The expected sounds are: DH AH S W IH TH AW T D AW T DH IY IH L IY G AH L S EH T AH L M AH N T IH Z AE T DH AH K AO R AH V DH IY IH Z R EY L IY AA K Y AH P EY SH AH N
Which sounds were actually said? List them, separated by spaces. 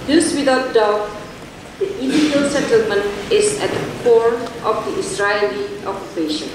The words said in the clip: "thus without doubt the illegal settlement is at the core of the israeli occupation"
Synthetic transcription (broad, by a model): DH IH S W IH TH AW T D AW T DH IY IH L IY G AH L S EH T AH L M AH N T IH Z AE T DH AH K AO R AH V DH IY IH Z R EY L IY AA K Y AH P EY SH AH N